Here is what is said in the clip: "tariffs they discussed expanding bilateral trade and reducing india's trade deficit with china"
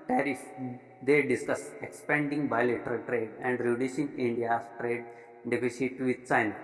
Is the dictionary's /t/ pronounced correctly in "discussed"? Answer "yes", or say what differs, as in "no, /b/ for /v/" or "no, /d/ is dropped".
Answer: no, /t/ is dropped